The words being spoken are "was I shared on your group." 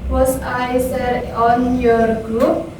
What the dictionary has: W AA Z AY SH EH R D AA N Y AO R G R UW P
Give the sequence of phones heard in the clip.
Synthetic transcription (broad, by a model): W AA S AY S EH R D AA N Y AO R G R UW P